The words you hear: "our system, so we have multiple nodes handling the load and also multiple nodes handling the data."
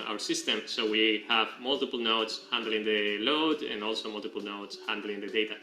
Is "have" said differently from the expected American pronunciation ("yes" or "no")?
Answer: no